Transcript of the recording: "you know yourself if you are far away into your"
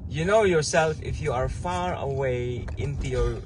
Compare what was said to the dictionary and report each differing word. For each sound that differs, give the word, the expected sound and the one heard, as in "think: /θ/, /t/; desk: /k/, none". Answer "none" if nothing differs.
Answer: none